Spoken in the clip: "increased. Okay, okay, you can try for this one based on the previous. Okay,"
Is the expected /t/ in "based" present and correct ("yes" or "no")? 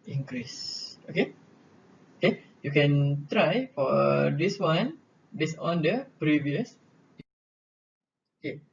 no